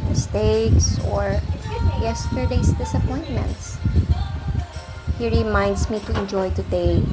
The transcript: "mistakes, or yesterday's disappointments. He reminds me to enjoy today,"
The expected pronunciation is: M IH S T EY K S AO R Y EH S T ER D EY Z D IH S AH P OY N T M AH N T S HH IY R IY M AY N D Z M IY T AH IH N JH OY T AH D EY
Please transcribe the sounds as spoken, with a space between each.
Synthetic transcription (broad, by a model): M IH S T EY K S AO R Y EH S T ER D EY S D IH S AH P OY N T M AH N T S HH IY R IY M AY N D S M IY T AH IH N JH OY T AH D EY